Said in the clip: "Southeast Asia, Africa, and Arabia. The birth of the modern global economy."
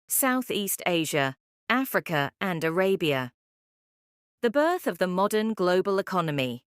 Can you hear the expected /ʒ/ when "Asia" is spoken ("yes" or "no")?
yes